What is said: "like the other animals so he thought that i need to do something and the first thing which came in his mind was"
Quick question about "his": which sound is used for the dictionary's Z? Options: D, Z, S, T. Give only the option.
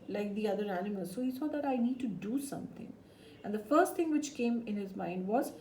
Z